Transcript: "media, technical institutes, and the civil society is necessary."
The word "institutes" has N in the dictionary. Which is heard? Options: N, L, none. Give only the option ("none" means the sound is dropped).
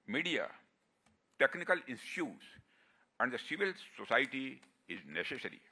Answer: none